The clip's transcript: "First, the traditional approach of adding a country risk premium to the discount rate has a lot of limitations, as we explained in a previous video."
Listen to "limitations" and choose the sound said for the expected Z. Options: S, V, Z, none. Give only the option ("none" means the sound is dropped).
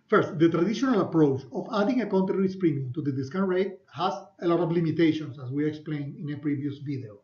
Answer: S